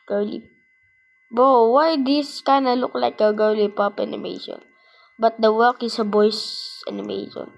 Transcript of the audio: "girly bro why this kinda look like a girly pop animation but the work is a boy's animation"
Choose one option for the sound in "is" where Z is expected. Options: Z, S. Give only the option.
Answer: S